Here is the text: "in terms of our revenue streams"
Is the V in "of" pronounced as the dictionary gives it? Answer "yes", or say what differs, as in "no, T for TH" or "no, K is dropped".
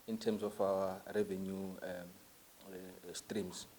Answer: no, F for V